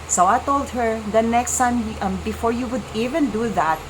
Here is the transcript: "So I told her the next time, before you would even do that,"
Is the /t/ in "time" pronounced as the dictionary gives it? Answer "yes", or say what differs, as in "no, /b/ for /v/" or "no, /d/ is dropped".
no, /s/ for /t/